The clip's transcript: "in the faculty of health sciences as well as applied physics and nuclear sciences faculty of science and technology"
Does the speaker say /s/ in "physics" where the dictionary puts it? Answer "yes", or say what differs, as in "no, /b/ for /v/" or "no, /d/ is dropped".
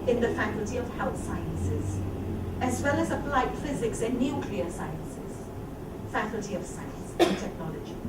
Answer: yes